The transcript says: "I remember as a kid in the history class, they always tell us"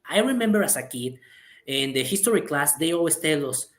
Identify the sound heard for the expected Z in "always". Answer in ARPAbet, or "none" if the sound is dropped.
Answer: S